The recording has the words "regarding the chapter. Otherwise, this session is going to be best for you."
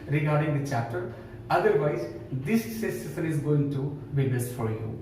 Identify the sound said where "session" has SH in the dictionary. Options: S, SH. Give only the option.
S